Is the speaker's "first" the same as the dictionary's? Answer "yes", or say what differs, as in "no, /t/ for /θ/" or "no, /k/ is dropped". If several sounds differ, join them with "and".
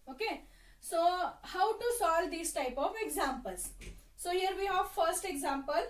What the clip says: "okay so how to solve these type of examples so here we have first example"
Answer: yes